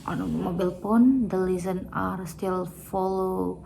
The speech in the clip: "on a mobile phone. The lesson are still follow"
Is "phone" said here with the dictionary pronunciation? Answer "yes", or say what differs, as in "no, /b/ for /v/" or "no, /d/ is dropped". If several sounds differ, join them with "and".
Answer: no, /p/ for /f/